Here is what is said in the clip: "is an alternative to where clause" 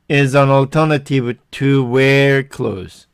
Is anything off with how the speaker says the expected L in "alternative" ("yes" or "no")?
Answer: no